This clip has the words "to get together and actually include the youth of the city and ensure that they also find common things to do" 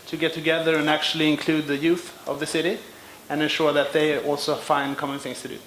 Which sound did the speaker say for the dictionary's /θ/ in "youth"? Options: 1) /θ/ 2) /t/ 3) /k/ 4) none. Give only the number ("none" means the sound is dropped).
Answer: 1